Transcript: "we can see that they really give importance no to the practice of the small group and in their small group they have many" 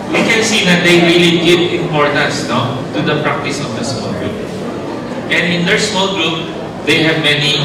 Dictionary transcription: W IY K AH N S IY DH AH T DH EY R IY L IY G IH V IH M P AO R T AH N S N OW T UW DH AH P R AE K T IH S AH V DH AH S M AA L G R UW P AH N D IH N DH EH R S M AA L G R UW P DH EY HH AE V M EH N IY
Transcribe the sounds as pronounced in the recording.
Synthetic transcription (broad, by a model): W IY K AH N S IY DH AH T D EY R IY L IY G IH V IH M P AO R T AH N S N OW T UW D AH P R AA K T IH S AH V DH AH S M AA L G R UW P AH N D IH N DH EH R S M AA L G R UW P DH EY HH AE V M EH N IY